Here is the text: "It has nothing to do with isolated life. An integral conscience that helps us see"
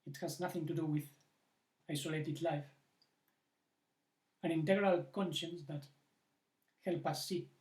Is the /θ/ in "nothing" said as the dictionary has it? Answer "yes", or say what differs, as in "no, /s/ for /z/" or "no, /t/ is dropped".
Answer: yes